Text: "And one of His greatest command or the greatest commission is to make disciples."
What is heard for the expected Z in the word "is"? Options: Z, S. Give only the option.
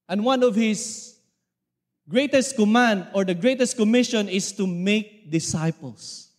S